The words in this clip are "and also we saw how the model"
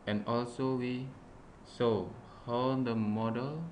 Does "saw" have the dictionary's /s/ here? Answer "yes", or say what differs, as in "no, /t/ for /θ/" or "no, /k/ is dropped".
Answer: yes